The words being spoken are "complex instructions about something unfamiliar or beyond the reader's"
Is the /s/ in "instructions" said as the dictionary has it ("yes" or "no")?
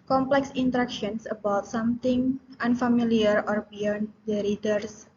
no